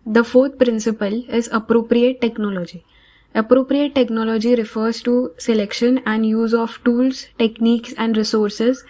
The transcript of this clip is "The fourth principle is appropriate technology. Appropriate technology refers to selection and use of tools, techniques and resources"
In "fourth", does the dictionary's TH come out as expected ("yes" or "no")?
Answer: no